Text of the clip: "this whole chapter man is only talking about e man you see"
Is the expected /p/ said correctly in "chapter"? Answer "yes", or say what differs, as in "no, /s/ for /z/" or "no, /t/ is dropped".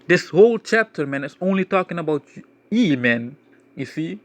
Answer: yes